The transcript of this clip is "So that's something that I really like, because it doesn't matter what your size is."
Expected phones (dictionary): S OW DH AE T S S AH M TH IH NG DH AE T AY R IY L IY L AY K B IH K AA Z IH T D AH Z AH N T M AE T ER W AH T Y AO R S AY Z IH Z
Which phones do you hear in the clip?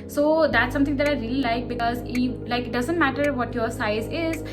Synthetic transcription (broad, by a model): S OW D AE T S S AH M T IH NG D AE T AY R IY L IY L AY K B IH K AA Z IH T D AH Z AH N T M AE T ER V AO T Y AO R S AY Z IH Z